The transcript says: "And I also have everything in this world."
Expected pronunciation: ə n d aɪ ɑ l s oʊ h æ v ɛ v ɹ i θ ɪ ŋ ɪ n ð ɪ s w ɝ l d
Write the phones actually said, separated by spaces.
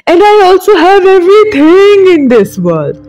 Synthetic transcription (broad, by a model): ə n d aɪ ɑ l s oʊ h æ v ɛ v ɹ i t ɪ ŋ ɪ n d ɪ s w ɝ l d